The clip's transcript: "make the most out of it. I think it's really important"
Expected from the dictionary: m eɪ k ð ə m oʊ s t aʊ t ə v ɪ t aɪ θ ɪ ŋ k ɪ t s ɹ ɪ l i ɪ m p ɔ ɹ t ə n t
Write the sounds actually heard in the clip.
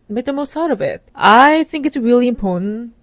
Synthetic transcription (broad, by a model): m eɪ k ð ə m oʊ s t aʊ t ə v ɪ t aɪ θ ɪ ŋ k ɪ t s ɹ ɪ l i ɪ m p ɔ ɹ t n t